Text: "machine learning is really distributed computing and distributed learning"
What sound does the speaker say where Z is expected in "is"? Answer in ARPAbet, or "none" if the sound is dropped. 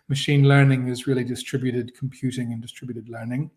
Z